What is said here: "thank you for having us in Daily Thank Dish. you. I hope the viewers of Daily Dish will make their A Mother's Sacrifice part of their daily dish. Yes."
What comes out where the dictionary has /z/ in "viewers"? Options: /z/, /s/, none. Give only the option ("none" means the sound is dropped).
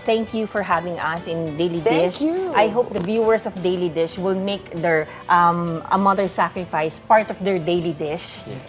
/s/